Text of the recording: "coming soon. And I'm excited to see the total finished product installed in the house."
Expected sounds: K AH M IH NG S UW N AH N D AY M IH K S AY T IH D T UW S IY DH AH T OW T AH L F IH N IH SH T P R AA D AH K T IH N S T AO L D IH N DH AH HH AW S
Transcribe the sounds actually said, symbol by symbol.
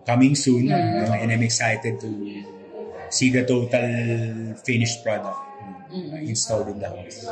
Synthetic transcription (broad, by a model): K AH M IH NG S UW N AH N AY M IH K S AY T IH D T UW S IY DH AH T OW T AH L F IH N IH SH P R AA D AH K T IH N S T AO L D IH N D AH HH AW S